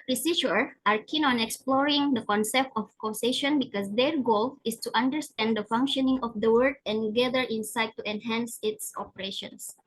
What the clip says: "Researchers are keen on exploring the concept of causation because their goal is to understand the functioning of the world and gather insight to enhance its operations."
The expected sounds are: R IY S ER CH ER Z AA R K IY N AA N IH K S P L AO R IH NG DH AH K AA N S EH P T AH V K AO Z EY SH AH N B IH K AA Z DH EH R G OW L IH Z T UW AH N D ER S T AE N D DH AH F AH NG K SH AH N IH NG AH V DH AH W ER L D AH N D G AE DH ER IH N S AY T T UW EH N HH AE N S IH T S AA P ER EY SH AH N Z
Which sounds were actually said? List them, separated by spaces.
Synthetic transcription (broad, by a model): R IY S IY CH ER AA R K IY N AA N IH K S P L AO R IH NG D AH K AA N S EH P T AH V K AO S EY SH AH N B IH K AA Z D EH R G OW L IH S T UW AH N D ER S T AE N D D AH F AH NG K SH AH N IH NG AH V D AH W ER D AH N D G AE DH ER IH N S AY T T UW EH N HH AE N S IH T S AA P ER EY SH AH N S